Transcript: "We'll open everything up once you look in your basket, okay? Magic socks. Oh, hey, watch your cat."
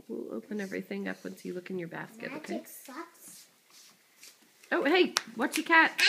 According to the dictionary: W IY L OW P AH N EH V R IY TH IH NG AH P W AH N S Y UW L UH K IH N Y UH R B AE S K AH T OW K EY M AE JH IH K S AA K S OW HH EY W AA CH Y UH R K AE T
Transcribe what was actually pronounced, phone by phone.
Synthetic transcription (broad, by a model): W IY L OW P AH N EH V R IY TH IH NG AH P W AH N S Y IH L UH K IH N Y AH R B AE S K AH T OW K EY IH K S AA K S OW HH EY W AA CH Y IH K AE T